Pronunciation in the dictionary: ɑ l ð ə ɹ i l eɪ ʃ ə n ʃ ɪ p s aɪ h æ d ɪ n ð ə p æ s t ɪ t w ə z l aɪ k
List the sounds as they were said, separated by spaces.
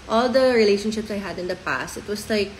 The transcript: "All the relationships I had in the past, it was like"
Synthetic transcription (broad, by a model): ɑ l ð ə ɹ i l eɪ ʃ ə n ʃ ɪ p s aɪ h æ d ɪ n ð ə p æ s t ɪ t w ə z l aɪ k